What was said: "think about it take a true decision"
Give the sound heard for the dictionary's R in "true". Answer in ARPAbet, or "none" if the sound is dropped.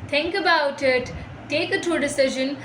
none